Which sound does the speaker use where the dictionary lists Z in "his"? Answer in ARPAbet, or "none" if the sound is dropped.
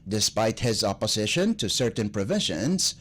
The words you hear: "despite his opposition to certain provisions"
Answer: Z